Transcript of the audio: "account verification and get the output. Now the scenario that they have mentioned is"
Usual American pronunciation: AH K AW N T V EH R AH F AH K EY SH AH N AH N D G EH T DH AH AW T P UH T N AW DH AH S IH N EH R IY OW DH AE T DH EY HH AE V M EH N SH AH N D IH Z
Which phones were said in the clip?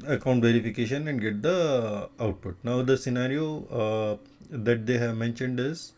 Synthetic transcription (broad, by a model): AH K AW N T V EH R AH F AH K EY SH AH N AH N D G EH T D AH AW T P UH T N AW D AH S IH N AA R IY OW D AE T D EY HH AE V M EH N SH AH N D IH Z